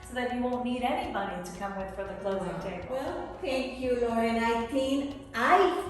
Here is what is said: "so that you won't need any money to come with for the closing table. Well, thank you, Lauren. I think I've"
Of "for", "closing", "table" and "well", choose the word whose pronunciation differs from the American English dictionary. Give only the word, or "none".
table